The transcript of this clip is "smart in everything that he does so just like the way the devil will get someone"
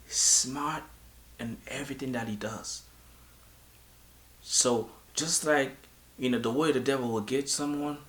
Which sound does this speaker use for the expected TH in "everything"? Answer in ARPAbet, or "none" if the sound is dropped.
TH